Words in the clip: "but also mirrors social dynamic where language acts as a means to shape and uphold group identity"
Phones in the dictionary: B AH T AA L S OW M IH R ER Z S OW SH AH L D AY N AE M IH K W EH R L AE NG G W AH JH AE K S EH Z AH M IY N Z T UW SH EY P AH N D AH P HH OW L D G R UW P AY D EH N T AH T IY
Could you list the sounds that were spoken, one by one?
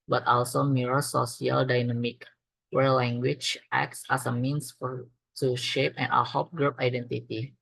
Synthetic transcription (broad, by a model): B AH T AA L S OW M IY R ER S OW S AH L D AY N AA M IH K W EH R L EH NG G W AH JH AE K S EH S AH M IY N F T UW SH EY P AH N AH HH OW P G R UW P AY D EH N T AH T IY